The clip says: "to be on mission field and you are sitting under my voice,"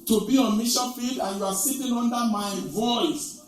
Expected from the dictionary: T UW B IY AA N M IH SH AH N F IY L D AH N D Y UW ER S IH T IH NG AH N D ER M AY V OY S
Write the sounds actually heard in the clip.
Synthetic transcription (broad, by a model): T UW B IY AA N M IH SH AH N F IY L D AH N Y UW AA S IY T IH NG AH N D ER M AY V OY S